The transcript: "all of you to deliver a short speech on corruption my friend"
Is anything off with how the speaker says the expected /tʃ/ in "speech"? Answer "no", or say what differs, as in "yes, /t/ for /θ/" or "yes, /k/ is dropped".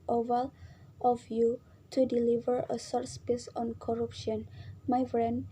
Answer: yes, /s/ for /tʃ/